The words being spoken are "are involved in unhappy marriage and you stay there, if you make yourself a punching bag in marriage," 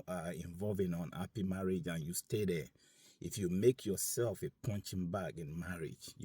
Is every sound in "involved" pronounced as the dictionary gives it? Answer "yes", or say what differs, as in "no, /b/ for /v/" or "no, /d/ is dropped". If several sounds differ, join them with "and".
no, /d/ is dropped